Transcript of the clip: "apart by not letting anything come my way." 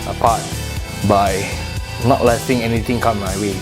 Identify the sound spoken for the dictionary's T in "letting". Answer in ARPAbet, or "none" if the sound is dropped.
S